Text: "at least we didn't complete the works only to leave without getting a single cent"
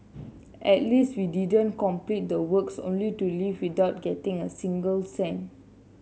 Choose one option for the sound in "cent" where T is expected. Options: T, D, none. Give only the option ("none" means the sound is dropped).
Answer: none